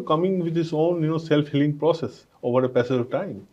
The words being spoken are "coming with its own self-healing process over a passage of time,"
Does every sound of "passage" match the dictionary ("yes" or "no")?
no